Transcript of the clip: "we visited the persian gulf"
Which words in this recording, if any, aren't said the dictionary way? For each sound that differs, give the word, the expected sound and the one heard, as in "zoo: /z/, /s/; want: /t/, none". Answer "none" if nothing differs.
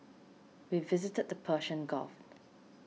persian: /ʒ/, /ʃ/; gulf: /l/, none